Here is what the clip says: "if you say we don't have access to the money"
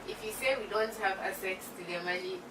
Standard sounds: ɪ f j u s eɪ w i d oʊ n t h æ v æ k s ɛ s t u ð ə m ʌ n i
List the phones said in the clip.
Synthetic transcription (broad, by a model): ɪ f j u s eɪ w i d oʊ n t h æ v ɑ s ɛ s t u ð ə m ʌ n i